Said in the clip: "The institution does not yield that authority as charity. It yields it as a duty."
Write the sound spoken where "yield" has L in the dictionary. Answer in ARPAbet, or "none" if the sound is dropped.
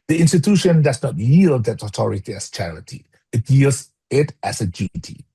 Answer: L